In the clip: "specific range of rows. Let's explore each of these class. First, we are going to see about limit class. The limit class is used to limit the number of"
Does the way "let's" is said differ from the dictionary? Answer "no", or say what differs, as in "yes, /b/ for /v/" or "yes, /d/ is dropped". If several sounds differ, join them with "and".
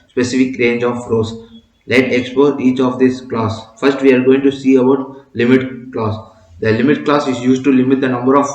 yes, /s/ is dropped